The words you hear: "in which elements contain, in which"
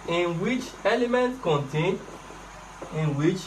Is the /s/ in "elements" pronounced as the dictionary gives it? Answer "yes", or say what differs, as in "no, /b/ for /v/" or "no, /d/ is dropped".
no, /s/ is dropped